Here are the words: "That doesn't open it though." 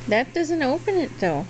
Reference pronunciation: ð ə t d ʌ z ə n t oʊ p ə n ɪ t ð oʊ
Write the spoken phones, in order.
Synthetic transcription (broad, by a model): ð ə t d ʌ z ə n t oʊ p ə n ɪ t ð oʊ